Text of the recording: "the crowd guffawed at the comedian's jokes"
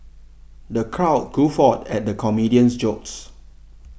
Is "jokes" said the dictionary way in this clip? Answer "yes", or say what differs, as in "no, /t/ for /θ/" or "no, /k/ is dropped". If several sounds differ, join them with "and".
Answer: yes